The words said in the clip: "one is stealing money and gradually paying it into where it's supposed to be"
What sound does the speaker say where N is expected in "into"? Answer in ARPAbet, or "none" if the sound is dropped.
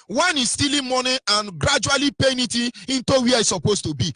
N